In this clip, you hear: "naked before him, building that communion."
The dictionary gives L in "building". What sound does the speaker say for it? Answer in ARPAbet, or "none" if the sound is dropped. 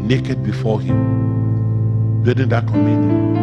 none